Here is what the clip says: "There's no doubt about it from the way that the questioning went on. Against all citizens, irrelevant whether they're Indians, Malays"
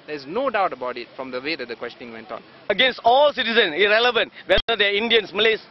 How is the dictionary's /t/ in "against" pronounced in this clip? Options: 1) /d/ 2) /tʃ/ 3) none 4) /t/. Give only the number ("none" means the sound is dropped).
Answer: 4